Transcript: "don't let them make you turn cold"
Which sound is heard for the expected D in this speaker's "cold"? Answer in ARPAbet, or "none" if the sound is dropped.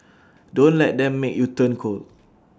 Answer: none